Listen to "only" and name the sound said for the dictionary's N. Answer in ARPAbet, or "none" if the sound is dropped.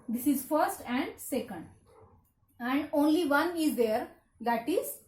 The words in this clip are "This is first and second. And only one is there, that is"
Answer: N